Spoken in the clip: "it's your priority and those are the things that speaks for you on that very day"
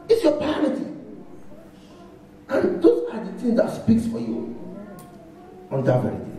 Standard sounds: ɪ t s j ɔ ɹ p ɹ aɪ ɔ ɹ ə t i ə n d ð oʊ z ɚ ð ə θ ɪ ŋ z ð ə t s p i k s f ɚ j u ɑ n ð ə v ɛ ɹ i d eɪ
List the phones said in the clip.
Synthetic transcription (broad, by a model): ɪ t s j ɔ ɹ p aɪ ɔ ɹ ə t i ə n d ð oʊ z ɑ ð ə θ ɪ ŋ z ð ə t s p i k s f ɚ j u ɑ n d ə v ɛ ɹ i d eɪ